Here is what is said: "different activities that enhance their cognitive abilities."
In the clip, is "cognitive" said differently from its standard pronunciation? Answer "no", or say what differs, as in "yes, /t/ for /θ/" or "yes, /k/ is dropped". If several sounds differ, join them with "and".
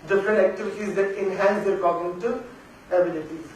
yes, /v/ is dropped